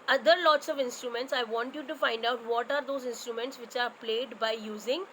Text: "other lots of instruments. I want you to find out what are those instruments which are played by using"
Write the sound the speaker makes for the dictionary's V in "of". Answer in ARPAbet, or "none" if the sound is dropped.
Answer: V